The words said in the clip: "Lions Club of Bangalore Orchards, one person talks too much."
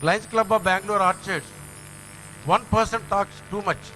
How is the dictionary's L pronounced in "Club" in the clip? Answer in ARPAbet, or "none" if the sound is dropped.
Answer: L